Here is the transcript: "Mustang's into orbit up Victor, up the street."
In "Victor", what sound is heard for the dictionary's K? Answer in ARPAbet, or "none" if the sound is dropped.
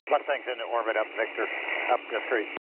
K